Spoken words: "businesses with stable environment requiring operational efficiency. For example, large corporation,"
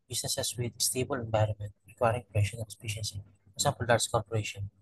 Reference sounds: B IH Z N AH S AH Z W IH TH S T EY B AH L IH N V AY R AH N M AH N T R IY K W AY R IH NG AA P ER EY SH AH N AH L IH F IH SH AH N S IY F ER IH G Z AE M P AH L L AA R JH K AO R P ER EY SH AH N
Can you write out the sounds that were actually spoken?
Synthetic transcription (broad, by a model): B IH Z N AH S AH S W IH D S T EY B AH L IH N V AY R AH N M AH N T R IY K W AY R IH NG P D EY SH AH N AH N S P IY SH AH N S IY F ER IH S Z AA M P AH L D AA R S K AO R P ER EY SH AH N